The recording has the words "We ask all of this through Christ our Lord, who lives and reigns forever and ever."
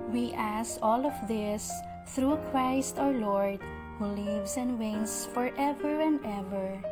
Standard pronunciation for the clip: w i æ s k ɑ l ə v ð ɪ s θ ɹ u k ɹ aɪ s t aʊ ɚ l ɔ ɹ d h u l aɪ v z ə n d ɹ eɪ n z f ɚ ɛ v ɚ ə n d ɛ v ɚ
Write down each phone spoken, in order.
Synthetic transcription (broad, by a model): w i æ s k ɑ l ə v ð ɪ s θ ɹ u k ɹ aɪ s t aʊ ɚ l ɔ ɹ d h u l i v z ə n d w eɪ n s f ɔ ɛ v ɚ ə n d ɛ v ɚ